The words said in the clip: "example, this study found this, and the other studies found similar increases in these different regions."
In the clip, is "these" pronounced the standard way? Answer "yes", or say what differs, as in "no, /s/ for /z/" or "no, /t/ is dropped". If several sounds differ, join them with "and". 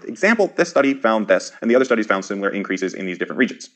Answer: yes